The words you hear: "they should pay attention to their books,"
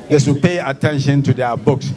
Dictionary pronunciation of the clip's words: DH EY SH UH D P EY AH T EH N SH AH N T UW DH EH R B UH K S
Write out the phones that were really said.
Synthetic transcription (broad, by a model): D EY S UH P EY AH T EH N SH AH N T UW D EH B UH K S